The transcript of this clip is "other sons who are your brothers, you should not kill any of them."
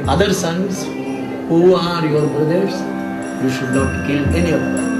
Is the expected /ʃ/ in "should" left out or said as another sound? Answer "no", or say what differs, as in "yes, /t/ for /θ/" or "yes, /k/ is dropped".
no